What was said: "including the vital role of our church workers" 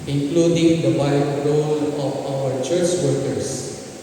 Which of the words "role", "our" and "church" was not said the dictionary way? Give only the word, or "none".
none